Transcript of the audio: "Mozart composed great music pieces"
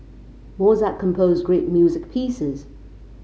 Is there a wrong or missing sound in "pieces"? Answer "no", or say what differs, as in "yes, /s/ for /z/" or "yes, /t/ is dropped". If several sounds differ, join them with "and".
no